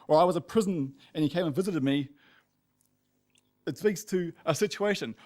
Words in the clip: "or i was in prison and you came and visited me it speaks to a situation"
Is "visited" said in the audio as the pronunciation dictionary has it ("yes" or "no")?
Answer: yes